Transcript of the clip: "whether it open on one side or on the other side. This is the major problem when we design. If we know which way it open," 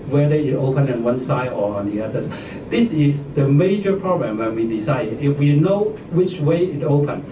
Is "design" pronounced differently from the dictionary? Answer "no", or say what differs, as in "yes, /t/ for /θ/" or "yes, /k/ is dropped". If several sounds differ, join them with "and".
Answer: yes, /s/ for /z/